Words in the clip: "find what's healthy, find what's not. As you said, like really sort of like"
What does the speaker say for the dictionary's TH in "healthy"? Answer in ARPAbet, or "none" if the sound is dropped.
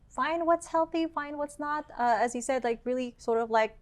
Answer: TH